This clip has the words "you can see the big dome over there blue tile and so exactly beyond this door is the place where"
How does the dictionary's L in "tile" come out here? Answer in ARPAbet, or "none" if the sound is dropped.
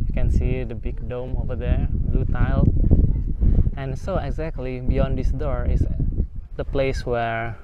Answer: L